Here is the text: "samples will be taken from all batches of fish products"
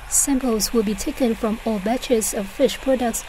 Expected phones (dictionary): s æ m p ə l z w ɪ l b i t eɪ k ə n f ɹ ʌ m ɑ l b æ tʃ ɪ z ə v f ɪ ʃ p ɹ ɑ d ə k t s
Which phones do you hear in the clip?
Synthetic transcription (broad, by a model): s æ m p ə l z w ɪ l b i t eɪ k ə n f ɹ ʌ m ɑ l b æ tʃ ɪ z ə v f ɪ ʃ p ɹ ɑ d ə k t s